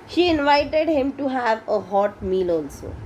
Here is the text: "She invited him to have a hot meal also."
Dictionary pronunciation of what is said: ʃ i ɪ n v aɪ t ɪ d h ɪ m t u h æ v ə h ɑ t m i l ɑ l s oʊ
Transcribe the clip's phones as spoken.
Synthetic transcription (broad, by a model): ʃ i ɪ n v aɪ t ɪ d h ɪ m t u h æ v ə h ɑ t m i l ɑ l s oʊ